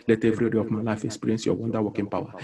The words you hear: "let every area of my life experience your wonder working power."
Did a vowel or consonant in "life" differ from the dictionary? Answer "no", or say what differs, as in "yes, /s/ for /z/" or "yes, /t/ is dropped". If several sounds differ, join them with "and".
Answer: no